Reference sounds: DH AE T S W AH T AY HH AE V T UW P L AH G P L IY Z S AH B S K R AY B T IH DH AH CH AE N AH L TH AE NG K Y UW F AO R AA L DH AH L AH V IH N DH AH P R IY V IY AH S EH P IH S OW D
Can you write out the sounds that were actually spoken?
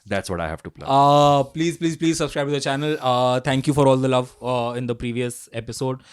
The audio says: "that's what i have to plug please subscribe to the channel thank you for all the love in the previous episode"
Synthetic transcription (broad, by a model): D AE T S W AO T AY HH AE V T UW P L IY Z P L IY Z S AH B S K R AY B T IH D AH CH AE N AH L T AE NG K Y UW F AO R AA L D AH L AH V IH N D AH P R IY V IY AH S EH P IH S OW D